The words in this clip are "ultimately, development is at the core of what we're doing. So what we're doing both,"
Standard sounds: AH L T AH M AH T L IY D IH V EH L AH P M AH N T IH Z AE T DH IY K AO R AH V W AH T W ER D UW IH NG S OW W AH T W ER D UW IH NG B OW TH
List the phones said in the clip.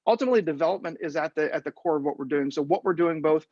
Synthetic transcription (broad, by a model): AH L T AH M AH T L IY D IH V EH L AH P M AH N T IH Z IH T DH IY K AO R AH V W AH T W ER D UW IH NG S OW W AH T W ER D UW IH NG B OW TH